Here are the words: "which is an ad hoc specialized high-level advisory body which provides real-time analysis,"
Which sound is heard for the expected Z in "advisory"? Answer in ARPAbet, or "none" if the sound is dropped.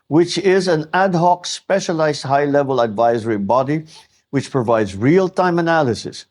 Z